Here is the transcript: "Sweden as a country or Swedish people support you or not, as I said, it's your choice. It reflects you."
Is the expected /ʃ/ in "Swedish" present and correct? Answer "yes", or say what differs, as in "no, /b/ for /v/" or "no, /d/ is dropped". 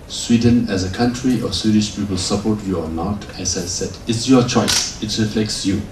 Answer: yes